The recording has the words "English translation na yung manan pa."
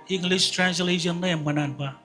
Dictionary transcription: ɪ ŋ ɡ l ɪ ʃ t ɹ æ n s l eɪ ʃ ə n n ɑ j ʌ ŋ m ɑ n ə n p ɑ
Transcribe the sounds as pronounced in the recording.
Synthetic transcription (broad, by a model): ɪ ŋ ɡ l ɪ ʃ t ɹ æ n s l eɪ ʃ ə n l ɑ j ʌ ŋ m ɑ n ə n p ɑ